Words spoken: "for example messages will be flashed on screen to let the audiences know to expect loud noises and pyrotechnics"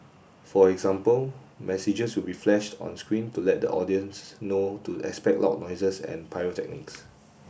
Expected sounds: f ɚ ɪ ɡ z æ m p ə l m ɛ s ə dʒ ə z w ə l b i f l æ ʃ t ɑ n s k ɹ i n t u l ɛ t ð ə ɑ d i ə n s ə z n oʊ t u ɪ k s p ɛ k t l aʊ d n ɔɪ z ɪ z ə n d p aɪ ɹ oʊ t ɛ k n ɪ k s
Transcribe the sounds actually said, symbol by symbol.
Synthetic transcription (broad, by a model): f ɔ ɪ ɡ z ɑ m p ə l m ɛ s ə dʒ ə s w ə l b i f l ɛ ʃ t ɑ n s k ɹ i n t u l ɛ t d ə ɑ d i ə n s n oʊ t u ɪ k s p ɛ k t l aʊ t n ɔɪ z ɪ s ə n p aɪ oʊ t ɛ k n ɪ k s